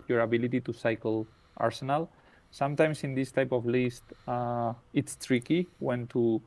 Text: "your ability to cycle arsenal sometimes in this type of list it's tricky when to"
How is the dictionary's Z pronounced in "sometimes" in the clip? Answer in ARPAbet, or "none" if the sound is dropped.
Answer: S